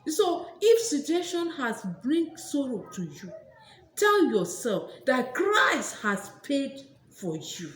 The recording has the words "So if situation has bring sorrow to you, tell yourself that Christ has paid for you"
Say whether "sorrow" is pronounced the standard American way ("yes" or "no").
yes